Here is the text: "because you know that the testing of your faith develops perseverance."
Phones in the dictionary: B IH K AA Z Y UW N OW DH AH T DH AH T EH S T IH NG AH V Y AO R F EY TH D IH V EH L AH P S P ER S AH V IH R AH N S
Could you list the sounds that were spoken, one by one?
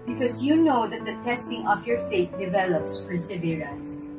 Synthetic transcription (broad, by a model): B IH K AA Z Y UW N OW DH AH T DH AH T EH S T IH NG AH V Y AO R F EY T D IH V EH L AH P S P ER S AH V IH R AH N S